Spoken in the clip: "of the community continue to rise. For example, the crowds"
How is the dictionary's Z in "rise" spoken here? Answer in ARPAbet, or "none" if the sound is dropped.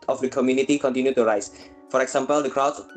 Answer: S